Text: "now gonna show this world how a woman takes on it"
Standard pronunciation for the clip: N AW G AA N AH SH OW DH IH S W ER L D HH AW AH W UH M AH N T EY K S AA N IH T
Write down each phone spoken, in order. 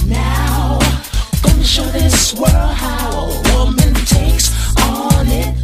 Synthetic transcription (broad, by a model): N AW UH AH SH OW DH IH S W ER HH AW AH W UH M AH N T EY K S N IH T